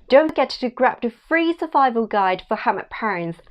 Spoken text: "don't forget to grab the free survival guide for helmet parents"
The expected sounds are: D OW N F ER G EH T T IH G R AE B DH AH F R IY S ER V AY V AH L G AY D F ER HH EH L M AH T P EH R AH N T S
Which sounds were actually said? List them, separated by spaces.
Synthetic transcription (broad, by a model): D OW N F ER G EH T T IH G R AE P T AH F R IY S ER V AY V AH L G AY D F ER HH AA M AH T P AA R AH N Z